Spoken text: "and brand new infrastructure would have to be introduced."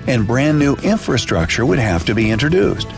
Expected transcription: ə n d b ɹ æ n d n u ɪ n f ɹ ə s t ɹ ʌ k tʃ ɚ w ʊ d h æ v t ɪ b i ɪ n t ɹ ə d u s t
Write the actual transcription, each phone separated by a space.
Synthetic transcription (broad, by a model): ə n b ɹ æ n n u ɪ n f ɹ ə s t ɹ ʌ k tʃ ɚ w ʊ d h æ f t ɪ b i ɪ n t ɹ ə d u s t